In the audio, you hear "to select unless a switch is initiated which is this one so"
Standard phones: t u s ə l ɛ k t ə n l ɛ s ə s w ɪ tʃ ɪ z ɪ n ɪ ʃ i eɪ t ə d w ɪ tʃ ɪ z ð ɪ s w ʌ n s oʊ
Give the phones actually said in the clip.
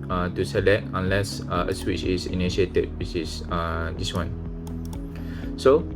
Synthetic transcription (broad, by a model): t u s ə l ɛ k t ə n l ɛ s ə s w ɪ tʃ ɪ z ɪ n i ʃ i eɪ t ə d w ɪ s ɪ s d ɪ s w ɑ n s oʊ